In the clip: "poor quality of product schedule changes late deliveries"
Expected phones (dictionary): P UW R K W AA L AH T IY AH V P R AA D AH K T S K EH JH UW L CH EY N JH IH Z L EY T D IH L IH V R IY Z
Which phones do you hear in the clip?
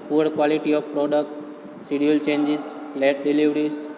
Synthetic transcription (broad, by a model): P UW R K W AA L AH T IY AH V P R AA D AH K T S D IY UW L CH EY N JH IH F L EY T D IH L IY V R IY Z